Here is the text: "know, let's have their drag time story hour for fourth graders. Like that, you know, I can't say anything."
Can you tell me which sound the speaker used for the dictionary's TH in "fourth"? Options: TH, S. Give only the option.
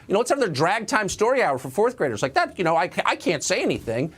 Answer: TH